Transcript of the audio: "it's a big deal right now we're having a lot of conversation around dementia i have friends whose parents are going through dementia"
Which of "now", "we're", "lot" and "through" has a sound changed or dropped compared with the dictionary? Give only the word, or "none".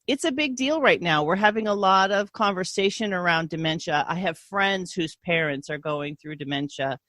none